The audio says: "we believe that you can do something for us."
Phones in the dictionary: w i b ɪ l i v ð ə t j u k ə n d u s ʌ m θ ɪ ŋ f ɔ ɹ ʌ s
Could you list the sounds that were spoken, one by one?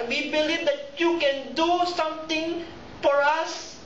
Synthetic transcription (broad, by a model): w i b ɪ l i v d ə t j u k ə n d u s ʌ m t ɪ ŋ f ɔ ɹ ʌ s